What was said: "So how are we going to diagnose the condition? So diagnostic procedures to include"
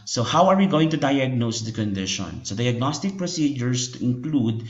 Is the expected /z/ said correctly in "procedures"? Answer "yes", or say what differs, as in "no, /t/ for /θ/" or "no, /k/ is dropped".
no, /s/ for /z/